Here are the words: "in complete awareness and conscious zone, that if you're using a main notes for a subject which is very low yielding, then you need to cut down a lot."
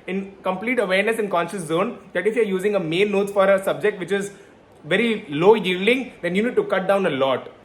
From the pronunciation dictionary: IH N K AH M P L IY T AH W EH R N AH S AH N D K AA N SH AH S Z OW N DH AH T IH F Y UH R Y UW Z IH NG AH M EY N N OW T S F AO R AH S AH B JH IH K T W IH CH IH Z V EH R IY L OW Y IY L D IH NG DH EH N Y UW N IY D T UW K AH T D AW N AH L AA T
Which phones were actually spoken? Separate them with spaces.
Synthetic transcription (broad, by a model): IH N K AH M P L IY T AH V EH R N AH S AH N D K AA N SH AH S Z OW N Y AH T IH F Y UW R Y UW Z IH NG AH M EY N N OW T F AO R AH S AH B JH IH K T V IH CH IH Z V EH R IY L OW Y IY L D IH NG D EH N Y UW N IY D T UW K AH T D AW N AH L AA T